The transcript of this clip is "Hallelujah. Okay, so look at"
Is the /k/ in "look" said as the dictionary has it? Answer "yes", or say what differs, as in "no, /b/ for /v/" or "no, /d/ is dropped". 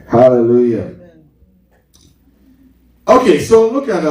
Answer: yes